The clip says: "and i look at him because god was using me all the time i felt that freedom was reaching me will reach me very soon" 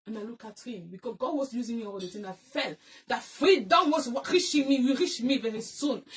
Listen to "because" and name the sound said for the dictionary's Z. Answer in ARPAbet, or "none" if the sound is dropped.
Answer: none